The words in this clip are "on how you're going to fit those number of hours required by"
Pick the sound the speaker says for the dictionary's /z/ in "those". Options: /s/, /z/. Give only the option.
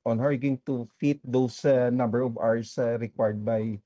/s/